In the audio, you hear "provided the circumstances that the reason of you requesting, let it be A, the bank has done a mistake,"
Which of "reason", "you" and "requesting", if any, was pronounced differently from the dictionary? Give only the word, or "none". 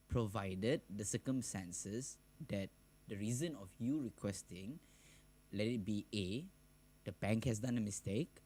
none